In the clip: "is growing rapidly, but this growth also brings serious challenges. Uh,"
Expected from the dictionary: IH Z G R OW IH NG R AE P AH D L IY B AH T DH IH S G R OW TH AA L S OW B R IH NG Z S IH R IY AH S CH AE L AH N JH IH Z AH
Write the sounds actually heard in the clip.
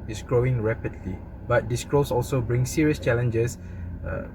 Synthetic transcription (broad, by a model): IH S G R OW IH NG R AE P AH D L IY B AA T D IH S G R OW S AA L S OW B R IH NG S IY R IY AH S CH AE L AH N JH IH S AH